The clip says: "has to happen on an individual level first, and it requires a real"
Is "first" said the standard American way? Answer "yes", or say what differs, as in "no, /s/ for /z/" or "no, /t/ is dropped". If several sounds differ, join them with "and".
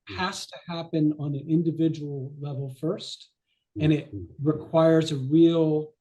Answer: yes